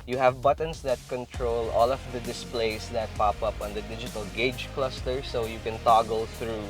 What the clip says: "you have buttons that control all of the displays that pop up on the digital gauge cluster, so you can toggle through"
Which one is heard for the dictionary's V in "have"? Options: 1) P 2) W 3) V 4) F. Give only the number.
3